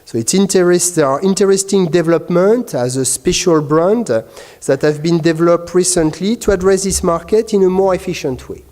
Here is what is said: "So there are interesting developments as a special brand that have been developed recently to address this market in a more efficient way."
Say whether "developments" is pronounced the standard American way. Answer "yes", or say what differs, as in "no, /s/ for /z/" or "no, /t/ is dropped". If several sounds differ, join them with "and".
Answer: no, /s/ is dropped